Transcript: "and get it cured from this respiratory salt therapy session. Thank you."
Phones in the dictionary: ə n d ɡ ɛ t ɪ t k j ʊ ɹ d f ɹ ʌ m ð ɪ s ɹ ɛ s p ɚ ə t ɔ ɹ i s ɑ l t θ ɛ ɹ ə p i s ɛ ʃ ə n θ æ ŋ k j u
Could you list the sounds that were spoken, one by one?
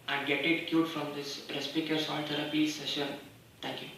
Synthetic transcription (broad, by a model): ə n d ɡ ɛ t ɪ t k j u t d f ɹ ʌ m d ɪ s ɹ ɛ s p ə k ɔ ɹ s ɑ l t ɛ ɹ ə p i s ɛ ʃ ə n t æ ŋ k j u